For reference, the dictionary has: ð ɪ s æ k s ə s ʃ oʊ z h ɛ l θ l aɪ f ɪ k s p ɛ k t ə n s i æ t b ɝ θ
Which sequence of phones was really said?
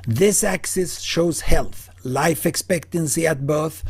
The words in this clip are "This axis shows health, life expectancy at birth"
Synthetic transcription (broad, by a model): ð ɪ s æ k s ə s ʃ oʊ z h ɛ l θ l aɪ f ɪ k s p ɛ k t ə n s i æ t b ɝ θ